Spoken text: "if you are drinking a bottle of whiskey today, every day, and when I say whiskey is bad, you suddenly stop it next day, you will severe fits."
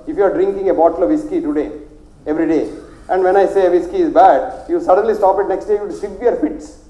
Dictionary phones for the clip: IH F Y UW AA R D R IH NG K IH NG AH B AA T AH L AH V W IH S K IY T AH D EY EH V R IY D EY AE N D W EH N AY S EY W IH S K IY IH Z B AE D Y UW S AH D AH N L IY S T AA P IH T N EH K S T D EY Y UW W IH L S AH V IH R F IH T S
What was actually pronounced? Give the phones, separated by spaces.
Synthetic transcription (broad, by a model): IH F Y UW AA R D R IH NG K IH NG AH B AA T AH L AH V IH S K IY T AH D EY EH V R IY D EY AE N D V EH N AY S EY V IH S K IY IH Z B AE D Y UW S AH D AH N L IY S T AA P IH T N EH K S T D EY Y UW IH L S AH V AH R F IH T S